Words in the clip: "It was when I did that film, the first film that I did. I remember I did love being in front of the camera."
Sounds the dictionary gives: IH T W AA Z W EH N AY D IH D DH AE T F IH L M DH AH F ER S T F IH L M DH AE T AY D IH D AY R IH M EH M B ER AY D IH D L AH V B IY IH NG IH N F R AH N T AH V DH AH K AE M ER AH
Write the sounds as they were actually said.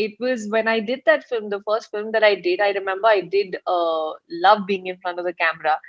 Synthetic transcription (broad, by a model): IH T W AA Z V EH N AY D IH D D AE T F IH L M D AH F ER S T F IH L M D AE T AY D IH D AY R IH M EH M B ER AY D IH D L AH V B IY IH NG IH N F R AH N T AH V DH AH K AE M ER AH